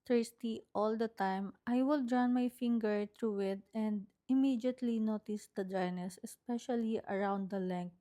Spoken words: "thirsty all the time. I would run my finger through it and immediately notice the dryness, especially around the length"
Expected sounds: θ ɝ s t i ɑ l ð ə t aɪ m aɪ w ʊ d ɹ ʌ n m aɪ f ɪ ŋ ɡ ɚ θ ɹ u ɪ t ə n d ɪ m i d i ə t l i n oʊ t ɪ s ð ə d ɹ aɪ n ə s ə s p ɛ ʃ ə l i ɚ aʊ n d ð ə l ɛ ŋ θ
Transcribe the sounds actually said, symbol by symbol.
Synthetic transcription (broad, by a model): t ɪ s t i ɑ l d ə t aɪ m aɪ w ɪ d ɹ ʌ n m aɪ f ɪ ŋ ɡ ɚ t ɹ u ɪ t ə n d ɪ m i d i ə t l i n oʊ t ɪ s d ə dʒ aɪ n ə s ə s p ɛ ʃ ə l i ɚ aʊ n d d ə l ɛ ŋ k